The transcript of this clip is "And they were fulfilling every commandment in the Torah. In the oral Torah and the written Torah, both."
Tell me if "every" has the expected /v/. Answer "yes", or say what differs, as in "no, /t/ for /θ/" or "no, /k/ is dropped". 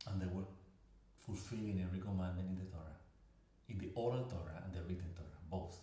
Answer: no, /v/ is dropped